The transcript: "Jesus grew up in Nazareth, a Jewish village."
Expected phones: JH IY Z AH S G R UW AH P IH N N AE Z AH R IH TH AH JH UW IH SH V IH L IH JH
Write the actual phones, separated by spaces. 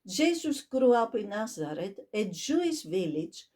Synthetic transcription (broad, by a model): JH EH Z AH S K R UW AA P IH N N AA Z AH R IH T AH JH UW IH S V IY L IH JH